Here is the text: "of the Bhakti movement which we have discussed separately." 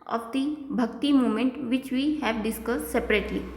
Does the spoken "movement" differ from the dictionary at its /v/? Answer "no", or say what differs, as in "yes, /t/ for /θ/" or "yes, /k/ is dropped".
yes, /v/ is dropped